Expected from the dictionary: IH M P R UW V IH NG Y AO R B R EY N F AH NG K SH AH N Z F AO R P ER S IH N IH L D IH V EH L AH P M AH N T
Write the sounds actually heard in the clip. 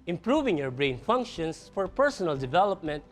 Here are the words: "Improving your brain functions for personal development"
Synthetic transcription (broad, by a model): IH M P R UW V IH NG Y AO R B R EY N F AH NG K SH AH N S F AO R P ER S IH N IH L D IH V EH L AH P M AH N T